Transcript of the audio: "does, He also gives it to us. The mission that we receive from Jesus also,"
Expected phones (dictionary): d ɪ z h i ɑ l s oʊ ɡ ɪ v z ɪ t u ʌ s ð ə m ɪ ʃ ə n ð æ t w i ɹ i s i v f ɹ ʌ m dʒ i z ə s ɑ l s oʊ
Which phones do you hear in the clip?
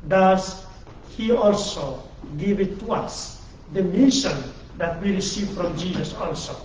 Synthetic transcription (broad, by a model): d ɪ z h i ɑ l s oʊ ɡ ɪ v ɪ t u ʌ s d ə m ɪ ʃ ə n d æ t w i ɹ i s i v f ɹ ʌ m dʒ i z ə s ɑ l s oʊ